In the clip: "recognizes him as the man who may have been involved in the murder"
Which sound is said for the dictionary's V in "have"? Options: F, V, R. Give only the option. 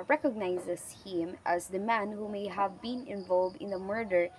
V